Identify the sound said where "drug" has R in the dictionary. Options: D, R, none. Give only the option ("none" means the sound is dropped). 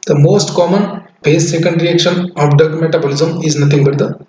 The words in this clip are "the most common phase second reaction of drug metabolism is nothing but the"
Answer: none